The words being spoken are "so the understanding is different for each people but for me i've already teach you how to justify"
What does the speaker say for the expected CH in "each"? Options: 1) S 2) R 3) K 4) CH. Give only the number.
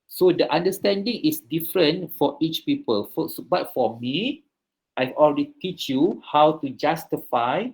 4